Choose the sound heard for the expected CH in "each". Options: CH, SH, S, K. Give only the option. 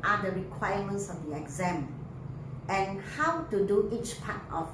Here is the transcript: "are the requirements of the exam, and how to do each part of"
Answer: CH